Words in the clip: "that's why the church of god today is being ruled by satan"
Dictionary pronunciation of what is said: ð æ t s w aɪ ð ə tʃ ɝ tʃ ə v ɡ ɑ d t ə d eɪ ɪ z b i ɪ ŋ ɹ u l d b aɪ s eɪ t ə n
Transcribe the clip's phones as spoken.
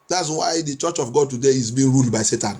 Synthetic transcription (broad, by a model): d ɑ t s w aɪ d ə tʃ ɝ tʃ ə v ɡ ɑ d t ə d eɪ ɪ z b i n ɹ u l d b aɪ s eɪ t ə n